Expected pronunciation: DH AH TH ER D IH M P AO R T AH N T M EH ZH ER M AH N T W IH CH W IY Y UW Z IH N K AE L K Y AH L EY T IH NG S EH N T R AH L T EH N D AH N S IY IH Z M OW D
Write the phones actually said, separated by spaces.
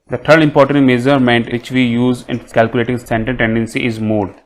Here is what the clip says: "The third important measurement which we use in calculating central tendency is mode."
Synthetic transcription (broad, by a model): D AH T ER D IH M P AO R T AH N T M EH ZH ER M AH N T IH CH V IY Y UW Z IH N K AE L K Y AH L EY T IH NG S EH N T AH N T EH N D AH N S IY IH Z M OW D